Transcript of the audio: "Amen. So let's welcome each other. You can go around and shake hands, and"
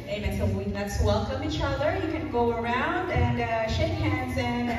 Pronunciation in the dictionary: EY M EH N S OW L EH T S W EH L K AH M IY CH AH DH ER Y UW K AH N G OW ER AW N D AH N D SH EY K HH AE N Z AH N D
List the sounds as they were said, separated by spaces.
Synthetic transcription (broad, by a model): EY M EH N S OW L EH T S W EH L K AH M IY CH AH DH ER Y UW K AH N G OW ER AW N D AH N SH EY K HH AE N Z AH N